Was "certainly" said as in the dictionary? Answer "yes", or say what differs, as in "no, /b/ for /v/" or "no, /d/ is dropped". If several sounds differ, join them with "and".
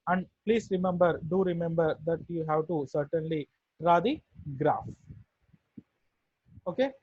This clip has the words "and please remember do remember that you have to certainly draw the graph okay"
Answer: yes